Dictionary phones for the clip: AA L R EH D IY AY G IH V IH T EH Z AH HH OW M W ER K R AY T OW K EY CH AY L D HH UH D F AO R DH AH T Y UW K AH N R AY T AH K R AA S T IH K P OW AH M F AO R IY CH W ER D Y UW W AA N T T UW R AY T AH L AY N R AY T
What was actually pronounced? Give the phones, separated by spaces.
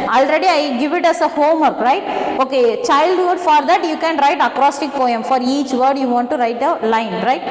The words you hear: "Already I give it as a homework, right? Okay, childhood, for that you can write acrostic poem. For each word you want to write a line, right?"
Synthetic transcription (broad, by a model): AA L R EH D IY AY G IH V IH T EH S AH HH OW M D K R AY T OW K EY CH AY L D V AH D F AO R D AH T Y UW K AH N R AY T AH K R AA S T IH K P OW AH M F AO R IY CH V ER D Y UW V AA N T T UW R AY T AH L AY N R AY T